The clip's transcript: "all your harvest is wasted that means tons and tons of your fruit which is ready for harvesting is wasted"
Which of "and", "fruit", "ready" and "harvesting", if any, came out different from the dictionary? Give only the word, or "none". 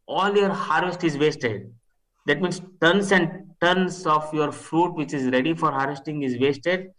none